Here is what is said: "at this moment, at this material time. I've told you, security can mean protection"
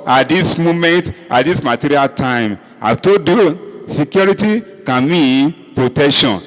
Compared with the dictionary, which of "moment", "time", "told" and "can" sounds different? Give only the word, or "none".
told